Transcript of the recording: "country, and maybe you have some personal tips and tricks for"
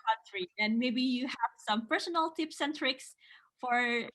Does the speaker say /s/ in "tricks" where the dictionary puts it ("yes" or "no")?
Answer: yes